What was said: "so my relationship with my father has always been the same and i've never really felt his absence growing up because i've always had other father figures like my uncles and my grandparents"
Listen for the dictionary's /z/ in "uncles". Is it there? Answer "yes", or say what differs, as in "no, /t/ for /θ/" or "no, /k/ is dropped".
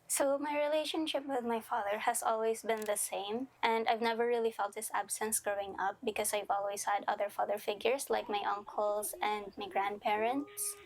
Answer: no, /s/ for /z/